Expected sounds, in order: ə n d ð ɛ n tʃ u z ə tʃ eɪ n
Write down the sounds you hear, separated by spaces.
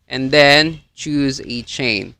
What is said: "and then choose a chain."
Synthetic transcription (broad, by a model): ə n ð ɛ n tʃ u z ə tʃ eɪ n